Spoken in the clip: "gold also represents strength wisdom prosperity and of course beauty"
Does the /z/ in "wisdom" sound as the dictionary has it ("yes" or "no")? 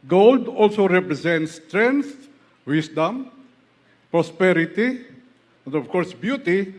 no